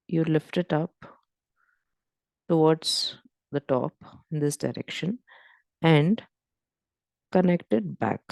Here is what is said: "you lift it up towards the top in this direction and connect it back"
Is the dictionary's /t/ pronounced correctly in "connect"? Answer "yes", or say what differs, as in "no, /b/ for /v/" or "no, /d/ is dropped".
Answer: yes